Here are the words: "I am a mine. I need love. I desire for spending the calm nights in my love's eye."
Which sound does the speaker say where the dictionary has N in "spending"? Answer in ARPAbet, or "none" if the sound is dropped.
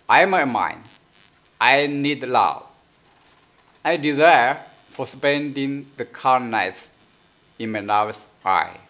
N